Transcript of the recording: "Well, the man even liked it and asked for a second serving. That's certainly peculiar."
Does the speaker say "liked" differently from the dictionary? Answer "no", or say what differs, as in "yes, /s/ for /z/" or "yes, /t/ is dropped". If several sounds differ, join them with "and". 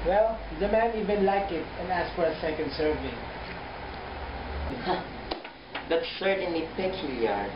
yes, /t/ is dropped